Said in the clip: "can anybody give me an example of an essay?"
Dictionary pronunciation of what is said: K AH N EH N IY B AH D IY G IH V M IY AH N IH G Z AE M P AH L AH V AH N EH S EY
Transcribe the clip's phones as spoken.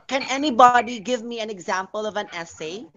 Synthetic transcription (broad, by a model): K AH N EH N IY B AH D IY G IH V M IY AH N IH G Z AE M P AH L AH V AH N EH S EY